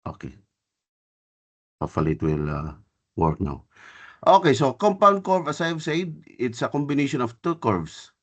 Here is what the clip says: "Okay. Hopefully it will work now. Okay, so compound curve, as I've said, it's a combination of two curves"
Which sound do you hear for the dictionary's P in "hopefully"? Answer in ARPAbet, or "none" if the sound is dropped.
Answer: none